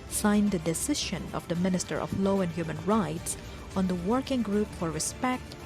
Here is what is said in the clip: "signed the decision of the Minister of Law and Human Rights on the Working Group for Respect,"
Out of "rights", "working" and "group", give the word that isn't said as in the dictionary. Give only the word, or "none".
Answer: none